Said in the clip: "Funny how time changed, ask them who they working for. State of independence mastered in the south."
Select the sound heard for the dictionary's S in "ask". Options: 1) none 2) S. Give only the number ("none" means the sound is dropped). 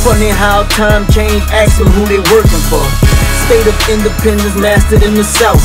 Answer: 1